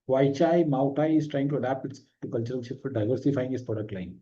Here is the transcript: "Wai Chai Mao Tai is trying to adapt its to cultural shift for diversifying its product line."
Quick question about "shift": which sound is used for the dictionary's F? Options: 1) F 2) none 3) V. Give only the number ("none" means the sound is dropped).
2